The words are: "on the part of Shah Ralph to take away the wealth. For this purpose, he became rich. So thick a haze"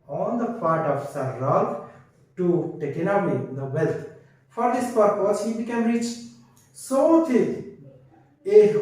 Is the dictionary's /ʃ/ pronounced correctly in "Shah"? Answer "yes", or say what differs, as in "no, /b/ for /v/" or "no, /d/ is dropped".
no, /s/ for /ʃ/